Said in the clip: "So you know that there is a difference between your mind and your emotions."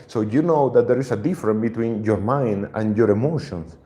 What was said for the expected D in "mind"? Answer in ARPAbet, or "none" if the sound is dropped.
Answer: D